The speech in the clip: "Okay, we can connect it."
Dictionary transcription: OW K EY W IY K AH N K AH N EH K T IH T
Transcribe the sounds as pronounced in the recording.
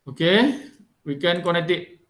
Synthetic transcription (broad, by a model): OW K EY W IY K AH N K AH N EH K T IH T